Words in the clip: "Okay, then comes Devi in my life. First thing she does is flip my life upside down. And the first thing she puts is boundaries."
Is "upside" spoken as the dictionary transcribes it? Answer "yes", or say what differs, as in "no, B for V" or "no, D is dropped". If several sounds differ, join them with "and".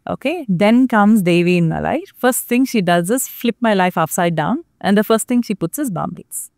no, F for P